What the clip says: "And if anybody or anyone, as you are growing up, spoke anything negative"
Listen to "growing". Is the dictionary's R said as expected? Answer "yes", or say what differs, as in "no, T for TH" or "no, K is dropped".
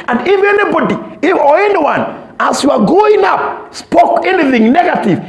no, R is dropped